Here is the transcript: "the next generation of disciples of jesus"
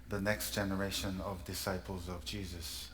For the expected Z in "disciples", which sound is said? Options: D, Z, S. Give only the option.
Z